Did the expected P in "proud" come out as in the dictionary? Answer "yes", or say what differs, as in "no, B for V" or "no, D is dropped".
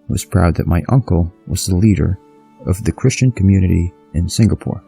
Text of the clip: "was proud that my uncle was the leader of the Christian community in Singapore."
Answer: yes